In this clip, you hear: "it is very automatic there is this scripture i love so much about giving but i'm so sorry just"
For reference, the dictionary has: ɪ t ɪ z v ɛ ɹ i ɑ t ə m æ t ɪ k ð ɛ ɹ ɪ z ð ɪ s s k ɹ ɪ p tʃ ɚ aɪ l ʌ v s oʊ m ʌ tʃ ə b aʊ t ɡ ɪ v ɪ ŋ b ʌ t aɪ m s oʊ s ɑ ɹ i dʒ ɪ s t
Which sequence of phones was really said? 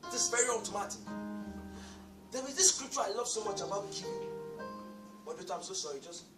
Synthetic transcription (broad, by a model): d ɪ s v ɛ ɹ i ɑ t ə m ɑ t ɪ k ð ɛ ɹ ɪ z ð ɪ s s k ɹ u p tʃ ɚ aɪ l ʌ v s oʊ m ʌ tʃ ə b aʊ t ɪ b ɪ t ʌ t aɪ m s oʊ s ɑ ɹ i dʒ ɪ s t